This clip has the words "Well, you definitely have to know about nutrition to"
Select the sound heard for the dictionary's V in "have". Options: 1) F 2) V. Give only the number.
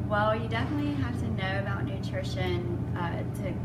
1